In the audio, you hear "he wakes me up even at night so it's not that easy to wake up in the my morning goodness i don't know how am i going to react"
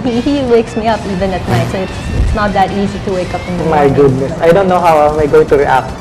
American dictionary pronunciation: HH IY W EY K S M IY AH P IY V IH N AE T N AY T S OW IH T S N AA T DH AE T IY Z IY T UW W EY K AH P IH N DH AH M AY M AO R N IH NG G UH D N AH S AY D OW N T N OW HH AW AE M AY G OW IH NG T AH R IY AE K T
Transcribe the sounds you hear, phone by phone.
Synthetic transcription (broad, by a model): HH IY W EY K S M IY AH P IY V IH N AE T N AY T S IH T S N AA T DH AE T IY Z IY T UW W EY K AH P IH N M M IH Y G UH D N AH S AY D OW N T N OW HH AW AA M AY G OW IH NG T AH R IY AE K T